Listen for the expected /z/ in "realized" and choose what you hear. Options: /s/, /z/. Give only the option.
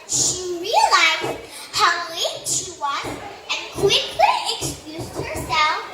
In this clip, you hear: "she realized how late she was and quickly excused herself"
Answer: /z/